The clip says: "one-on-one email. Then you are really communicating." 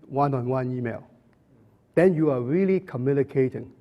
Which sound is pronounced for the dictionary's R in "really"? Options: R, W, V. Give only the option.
R